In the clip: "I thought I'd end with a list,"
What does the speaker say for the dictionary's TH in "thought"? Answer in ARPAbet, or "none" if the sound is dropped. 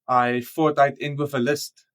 F